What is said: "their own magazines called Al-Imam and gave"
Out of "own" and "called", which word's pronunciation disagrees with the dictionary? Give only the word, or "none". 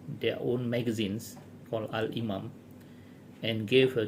called